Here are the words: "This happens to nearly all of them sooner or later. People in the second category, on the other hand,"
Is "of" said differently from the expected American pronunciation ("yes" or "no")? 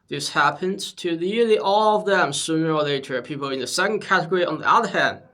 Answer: no